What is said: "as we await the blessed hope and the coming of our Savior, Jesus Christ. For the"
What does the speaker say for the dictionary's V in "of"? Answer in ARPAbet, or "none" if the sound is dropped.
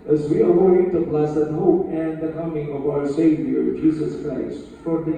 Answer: V